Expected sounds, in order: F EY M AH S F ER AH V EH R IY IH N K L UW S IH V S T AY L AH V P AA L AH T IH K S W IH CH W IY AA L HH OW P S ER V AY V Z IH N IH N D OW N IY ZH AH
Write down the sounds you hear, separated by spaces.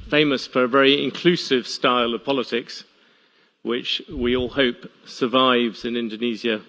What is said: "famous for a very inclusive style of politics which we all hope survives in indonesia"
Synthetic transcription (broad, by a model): F EY M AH S F ER AH V EH R IY IH N K L UW S IH V S T AY L AH V P AA L AH T IH K S W IH CH W IY AA L HH OW P S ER V AY V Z IH N IH N D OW N IY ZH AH